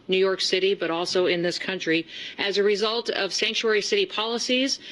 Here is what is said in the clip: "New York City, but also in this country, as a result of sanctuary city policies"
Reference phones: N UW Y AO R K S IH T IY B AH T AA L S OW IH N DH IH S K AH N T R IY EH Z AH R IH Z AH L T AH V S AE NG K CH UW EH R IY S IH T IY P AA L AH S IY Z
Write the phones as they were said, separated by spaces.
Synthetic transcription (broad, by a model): N UW Y AO R K S IH T IY B AH T AA L S OW IH N DH IH S K AH N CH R IY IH Z AH R IH Z AH L T AH V S AE NG K CH UW EH R IY S IH T IY P AA L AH S IY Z